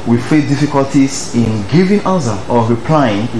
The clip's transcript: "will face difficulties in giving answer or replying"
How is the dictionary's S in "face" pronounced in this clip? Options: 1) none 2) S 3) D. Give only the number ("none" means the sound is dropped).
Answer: 1